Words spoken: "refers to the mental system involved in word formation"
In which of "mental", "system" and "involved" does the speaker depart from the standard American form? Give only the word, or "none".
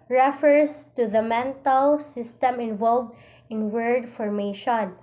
none